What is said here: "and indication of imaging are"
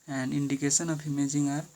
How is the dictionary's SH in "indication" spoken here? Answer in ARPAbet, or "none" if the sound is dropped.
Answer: S